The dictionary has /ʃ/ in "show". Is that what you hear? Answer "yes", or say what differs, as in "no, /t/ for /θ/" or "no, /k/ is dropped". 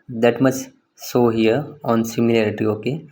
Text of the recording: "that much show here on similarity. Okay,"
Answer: no, /s/ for /ʃ/